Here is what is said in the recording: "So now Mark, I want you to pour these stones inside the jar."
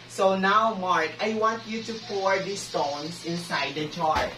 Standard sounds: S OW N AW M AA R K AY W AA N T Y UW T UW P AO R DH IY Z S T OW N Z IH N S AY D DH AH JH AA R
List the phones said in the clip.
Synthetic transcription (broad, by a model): S OW N AW M AA R K AY W AA N T Y UW T UW P AO R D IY S T OW N S IH N S AY D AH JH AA R